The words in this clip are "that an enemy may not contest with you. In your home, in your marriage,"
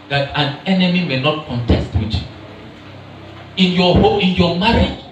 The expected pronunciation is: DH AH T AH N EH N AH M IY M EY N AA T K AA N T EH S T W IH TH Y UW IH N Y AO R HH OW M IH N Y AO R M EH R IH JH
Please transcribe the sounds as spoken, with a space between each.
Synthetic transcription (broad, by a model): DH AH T AH N EH N AH M IY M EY N AA T K AA N T EH S T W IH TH Y UW IH N Y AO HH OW IH N Y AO M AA R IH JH